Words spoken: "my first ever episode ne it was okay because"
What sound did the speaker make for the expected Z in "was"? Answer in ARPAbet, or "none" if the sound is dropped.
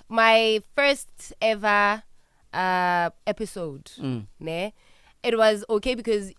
Z